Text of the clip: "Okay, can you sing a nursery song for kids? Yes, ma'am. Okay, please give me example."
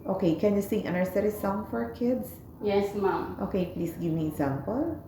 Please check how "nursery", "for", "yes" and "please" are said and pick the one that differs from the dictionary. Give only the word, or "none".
please